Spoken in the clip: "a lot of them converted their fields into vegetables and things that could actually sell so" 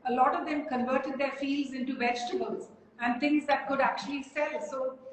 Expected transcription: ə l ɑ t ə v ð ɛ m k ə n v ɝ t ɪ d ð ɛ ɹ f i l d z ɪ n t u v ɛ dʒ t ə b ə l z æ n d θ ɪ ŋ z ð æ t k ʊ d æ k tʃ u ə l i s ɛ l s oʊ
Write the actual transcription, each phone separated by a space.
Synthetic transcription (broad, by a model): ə l ɑ t ə v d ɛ m k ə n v ɝ t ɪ d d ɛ ɹ f i l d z ɪ n t u v ɛ dʒ t ə b ə l z æ n d t ɪ ŋ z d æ t k ʊ d æ k tʃ u ə l i s ɛ l s oʊ